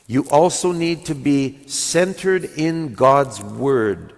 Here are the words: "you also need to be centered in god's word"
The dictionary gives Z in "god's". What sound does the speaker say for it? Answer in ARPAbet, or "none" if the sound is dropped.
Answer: Z